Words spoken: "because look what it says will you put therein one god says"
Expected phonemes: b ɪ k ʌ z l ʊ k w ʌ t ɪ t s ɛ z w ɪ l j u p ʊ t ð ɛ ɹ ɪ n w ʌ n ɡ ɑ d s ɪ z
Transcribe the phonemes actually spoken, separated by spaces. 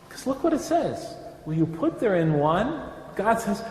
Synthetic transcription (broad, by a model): k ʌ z l ʊ k w ʌ t ɪ t s ɛ z w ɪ n j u p ʊ t ð ɛ ɹ ɪ n w ʌ n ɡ ɑ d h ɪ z